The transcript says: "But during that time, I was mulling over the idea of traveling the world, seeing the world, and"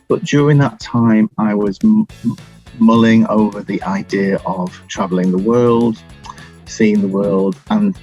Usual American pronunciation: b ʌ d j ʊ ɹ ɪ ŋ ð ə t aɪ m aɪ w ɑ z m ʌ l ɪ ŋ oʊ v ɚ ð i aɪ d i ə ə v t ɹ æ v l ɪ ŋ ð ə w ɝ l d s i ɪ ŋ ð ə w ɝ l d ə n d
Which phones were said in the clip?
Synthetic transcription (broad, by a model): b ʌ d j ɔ ɹ ɪ ŋ ð ə t aɪ m aɪ w ɑ z m ʌ l ɪ ŋ oʊ v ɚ ð i aɪ d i ə ə v t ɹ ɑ v l ɪ ŋ ð ə w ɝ l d s i ɪ ŋ ð ə w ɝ l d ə n